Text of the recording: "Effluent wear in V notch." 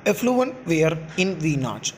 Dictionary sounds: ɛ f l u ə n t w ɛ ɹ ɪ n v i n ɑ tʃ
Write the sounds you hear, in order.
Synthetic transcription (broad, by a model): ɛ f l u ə n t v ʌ ɹ ɪ n v i n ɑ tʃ